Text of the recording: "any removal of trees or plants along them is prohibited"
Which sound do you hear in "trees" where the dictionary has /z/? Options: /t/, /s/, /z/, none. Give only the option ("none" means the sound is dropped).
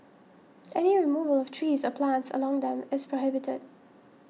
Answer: /z/